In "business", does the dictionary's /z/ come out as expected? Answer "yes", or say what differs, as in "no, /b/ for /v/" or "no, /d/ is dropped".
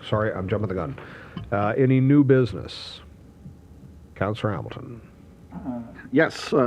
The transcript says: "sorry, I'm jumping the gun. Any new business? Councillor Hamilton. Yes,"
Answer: yes